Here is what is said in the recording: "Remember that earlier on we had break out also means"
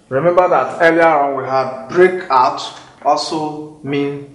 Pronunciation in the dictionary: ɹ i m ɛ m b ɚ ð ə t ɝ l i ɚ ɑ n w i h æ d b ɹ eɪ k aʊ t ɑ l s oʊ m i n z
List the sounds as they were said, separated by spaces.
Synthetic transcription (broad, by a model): ɹ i m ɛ m b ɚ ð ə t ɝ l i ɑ ɑ n w i h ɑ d b ɹ eɪ k aʊ t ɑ s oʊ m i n